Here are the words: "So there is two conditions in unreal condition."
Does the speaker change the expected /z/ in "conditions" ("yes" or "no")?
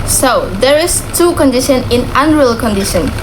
yes